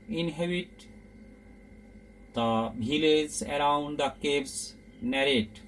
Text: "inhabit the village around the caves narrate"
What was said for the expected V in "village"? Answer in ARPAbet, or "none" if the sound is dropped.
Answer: B